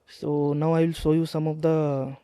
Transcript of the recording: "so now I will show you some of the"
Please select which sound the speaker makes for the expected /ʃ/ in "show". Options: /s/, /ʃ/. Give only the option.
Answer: /s/